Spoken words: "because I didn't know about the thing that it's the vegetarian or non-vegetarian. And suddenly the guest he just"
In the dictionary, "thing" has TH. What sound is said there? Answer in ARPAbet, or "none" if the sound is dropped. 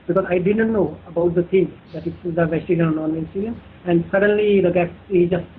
T